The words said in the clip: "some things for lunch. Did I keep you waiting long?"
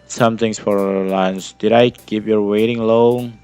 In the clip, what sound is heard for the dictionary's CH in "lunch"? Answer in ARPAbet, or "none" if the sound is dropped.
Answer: S